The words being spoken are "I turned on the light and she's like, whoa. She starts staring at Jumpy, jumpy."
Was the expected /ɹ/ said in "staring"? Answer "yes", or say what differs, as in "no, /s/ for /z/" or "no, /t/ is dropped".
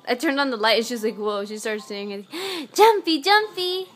no, /ɹ/ is dropped